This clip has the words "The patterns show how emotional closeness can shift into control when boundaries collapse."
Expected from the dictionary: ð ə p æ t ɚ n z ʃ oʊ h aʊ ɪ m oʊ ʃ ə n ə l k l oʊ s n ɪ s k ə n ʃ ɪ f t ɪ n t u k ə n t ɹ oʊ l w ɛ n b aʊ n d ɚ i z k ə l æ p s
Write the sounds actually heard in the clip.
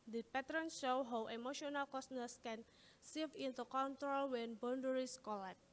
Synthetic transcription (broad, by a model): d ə p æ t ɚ n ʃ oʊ h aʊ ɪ m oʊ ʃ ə n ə l k oʊ s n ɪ s k ə n s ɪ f ɪ n t u k ə n t ɹ oʊ l w ɛ n b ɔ n d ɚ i s k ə l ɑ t